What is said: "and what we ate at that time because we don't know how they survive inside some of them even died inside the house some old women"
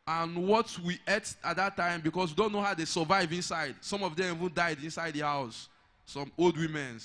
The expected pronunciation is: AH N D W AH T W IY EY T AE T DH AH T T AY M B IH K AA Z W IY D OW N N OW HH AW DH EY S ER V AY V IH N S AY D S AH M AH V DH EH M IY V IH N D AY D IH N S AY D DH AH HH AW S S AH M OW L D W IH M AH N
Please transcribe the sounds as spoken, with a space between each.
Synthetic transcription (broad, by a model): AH N W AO T W IY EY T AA T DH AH T T AY M B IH K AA S W IY D OW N N OW HH AW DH EY S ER V AY V IH N S AY D S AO M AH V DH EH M IY V IH N D AY D IH N S AY D DH AH HH AW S S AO M OW L D W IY M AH N